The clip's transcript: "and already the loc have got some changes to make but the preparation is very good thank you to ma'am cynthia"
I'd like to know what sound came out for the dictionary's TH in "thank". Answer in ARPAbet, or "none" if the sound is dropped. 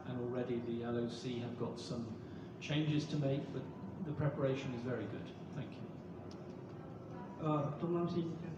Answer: TH